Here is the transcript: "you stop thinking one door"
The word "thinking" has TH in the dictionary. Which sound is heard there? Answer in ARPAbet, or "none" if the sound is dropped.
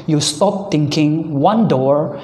T